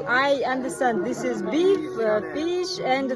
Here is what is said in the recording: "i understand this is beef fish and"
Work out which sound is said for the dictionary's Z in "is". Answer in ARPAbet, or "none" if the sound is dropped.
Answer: Z